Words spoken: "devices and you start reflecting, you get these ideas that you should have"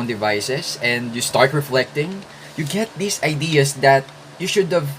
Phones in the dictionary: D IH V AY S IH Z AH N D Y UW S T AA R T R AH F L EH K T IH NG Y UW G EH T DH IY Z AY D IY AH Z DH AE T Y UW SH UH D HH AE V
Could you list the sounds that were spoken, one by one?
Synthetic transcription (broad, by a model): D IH V AY S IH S AH N D Y UW S T AA R T R AH F L EH K T IH NG Y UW G EH T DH IY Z AY D IY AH S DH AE T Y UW SH UH D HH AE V